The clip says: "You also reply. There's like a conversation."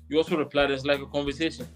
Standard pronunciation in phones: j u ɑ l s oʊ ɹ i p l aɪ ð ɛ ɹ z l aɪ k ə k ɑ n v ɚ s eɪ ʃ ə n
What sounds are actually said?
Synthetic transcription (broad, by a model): j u ɑ l s oʊ ɹ i p l aɪ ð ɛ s l aɪ k ə k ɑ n v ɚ s eɪ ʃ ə n